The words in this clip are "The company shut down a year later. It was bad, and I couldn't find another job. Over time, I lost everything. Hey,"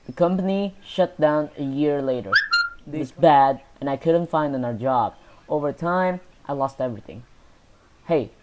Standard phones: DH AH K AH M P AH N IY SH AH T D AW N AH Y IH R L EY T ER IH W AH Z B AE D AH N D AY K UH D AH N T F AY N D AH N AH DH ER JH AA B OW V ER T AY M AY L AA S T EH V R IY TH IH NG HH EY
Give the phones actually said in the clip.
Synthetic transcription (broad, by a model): DH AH K AH M P AH N IY SH AH T D AW N AH Y IH R L EY T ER IH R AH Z B AE D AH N AY K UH D N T F AY N D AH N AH ER JH AA B OW V ER T AY M AY L AA S T EH V R IY TH IH NG HH EY